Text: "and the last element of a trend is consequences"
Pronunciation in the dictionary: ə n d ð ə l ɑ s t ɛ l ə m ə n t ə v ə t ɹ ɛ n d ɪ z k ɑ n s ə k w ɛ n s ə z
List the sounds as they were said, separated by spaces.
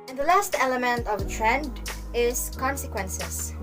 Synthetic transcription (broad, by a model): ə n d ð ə l ɑ s t ɛ l ə m ə n t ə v ə t ɹ ɛ n d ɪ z k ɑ n s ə k w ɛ n s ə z